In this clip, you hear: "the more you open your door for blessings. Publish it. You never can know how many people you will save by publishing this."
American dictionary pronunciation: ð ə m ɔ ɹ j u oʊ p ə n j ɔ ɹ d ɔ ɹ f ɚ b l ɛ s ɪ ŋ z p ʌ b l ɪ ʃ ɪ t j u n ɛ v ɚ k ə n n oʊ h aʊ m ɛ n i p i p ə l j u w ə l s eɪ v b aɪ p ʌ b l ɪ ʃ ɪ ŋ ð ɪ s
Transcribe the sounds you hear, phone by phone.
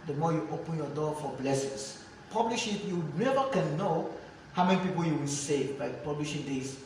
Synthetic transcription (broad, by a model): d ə m ɔ j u oʊ p ə n j ɔ d ɔ f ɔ b l ɛ s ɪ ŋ s p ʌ b l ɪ ʃ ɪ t j u n ɛ v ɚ k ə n n oʊ h aʊ m ɛ n i p i p ə l j u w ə n s eɪ b aɪ p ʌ b l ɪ ʃ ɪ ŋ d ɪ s